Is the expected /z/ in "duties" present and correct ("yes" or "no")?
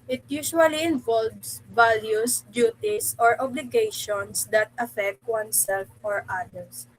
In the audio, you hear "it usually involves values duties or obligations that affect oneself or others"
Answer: no